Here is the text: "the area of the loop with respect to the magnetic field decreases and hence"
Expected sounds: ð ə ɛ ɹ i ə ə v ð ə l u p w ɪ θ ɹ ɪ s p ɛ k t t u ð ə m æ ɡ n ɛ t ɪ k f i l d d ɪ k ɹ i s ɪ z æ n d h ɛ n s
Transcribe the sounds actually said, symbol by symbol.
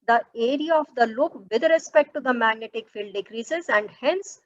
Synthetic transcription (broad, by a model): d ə ɛ ɹ i ə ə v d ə l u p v ɪ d ɹ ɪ s p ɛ k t t u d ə m æ ɡ n ɛ t ɪ k f i l d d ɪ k ɹ i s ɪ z æ n d h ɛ n s